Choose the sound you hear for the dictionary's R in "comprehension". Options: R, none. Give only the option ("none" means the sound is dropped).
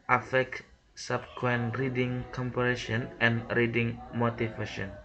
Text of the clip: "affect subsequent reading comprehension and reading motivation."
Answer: none